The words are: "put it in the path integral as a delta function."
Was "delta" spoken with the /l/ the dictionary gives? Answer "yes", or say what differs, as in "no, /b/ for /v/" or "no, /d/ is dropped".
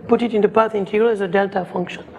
yes